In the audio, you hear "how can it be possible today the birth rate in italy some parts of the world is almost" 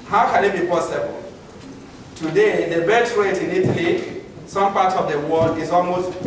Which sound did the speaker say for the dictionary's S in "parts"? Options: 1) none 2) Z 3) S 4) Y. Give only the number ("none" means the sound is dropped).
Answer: 1